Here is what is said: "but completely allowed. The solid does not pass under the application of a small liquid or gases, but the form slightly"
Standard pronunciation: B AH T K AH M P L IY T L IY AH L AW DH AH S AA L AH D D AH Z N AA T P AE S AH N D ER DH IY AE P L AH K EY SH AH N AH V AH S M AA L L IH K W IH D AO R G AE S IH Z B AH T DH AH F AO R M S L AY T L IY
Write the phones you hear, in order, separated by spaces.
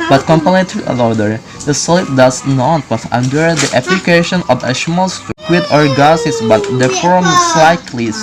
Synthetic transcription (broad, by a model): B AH T K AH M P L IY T IY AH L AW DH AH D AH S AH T D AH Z N AA T B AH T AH N D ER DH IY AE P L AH K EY SH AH N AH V AH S M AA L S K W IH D AO R G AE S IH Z B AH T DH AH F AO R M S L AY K L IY